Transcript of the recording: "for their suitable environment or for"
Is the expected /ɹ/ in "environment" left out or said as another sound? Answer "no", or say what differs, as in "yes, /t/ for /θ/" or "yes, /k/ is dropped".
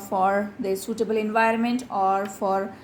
no